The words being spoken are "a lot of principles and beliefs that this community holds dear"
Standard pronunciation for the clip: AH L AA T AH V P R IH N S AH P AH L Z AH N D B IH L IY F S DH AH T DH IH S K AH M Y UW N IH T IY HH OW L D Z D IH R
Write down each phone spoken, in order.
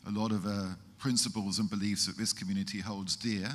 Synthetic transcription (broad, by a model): AH L AA T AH V P R IH N S AH P AH L Z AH N B IH L IY F S DH AH T DH IH S K AH M Y UW N IH T IY HH OW L D Z D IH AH